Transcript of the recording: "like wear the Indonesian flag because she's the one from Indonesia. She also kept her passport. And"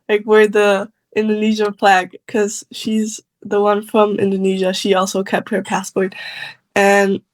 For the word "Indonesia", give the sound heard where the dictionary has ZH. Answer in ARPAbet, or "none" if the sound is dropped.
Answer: ZH